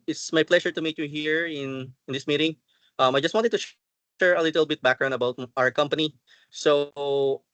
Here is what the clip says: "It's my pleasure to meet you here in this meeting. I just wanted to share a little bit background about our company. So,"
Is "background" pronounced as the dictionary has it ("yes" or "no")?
no